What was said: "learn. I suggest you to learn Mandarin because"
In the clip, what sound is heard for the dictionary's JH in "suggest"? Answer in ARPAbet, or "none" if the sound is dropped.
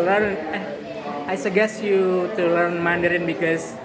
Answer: none